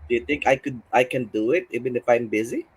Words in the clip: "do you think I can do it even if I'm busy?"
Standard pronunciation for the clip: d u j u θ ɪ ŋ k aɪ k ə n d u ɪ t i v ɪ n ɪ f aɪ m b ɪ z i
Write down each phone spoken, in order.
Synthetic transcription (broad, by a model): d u j u t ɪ ŋ k aɪ k ə n d u ɪ t i v ɪ n ɪ f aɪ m b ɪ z i